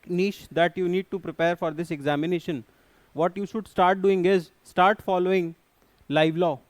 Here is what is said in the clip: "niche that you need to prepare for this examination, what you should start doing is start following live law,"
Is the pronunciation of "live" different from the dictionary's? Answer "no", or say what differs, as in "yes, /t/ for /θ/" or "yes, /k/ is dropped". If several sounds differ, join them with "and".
no